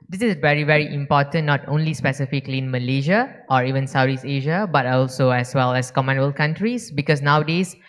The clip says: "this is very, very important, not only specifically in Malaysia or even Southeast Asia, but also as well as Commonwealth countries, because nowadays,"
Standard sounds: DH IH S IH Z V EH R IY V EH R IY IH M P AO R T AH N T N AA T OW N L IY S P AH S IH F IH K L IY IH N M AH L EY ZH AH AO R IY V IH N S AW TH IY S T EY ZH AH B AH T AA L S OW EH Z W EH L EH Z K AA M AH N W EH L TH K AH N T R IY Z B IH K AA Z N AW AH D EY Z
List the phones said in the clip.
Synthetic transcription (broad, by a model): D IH S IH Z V EH R IY V EH R IY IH M P AO T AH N N AA T OW N L IY S P AH S IH F IH K L IY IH N M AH L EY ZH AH AO R IY V IH N S AW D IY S EY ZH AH B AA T AA L S OW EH S W EH L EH S K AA M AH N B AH L K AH N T R IY S B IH K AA S N AW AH D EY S